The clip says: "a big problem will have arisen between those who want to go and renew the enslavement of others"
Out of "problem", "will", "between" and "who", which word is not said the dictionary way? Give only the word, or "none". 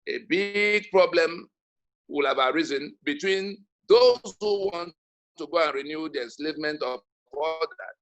none